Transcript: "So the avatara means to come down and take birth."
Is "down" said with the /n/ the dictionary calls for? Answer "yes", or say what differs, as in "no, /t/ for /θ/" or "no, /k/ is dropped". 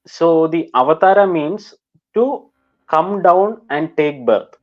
yes